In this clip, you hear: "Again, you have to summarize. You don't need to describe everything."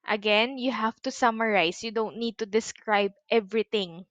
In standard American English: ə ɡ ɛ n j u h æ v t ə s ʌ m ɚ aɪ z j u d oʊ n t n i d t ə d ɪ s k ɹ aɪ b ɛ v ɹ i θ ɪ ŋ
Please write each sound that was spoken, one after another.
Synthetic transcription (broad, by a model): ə ɡ ɛ n j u h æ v t ə s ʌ m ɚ aɪ s j u d oʊ n t n i d t ə d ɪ s k ɹ aɪ b ɛ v ɹ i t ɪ ŋ